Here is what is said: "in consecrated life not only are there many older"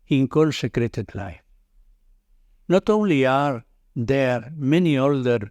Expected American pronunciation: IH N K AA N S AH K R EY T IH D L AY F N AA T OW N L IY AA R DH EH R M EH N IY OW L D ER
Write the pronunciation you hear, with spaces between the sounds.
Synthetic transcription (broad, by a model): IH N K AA L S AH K R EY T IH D L AY F N AA T OW N L IY AA R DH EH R M EH N IY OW L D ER